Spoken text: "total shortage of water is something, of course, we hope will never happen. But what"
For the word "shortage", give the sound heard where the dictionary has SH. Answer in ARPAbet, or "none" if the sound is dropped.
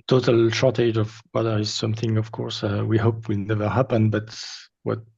SH